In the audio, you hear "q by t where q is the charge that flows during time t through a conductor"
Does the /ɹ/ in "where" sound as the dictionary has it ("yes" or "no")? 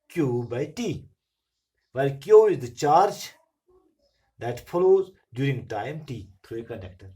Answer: no